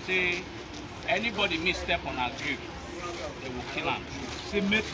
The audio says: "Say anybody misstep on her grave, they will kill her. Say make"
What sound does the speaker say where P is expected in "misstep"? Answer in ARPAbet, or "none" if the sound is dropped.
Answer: P